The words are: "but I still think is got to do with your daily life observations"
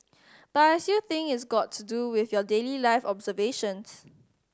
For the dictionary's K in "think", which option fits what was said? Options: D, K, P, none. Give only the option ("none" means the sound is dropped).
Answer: none